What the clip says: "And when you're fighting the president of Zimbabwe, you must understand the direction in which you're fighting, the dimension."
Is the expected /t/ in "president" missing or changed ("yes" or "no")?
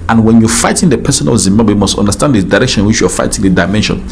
yes